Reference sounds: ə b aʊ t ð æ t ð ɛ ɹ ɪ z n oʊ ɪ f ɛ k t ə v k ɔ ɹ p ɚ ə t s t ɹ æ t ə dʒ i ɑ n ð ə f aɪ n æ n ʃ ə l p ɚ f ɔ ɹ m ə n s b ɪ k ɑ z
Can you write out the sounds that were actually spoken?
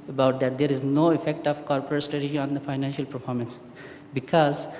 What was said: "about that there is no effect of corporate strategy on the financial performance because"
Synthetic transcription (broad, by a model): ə b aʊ t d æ t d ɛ ɹ ɪ z n oʊ ɪ f ɛ k t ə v k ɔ ɹ p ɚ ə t s t ɹ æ t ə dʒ i ɑ n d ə f aɪ n æ n ʃ ə l p ɚ f ɔ ɹ m ə n s b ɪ k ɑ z